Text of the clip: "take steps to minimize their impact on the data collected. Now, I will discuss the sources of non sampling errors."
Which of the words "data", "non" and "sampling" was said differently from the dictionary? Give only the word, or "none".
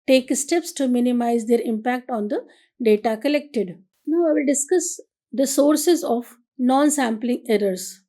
none